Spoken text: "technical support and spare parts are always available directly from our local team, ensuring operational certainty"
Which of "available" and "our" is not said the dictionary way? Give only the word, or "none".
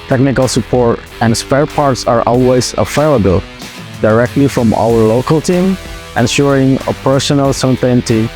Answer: available